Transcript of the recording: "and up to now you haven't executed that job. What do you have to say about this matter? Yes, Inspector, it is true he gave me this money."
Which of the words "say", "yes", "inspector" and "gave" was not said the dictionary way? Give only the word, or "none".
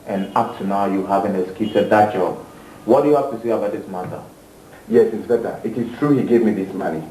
inspector